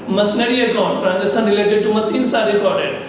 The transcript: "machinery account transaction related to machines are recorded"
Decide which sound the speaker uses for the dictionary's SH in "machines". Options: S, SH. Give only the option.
S